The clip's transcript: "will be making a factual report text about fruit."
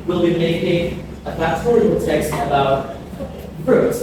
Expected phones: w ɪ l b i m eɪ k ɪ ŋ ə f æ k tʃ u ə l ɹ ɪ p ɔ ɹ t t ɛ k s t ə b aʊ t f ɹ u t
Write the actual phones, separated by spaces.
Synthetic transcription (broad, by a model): w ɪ l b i m eɪ k ɪ ŋ ə p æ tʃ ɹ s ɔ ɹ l t ɛ k s t ə b aʊ t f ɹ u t